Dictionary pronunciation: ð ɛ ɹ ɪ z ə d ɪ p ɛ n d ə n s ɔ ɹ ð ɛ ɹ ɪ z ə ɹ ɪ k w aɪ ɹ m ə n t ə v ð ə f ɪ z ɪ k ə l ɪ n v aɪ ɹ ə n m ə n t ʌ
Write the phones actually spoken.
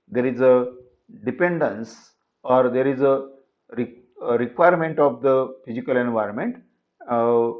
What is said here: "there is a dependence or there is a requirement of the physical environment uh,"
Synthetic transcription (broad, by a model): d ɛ ɹ ɪ z ə d ɪ p ɛ n d ə n s ɔ ɹ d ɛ ɹ ɪ z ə ɹ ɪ k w aɪ ɹ m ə n t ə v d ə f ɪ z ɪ k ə l ɪ n v aɪ ɹ ə n m ə n t